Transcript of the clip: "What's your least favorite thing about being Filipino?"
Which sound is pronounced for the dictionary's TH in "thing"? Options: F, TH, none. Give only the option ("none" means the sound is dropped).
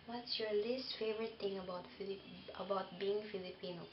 F